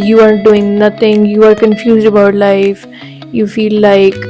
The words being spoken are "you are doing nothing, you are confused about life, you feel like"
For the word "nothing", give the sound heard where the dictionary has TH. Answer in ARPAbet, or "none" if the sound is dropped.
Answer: T